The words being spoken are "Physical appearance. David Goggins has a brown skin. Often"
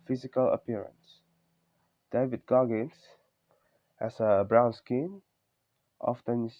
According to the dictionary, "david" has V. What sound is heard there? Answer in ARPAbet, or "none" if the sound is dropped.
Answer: V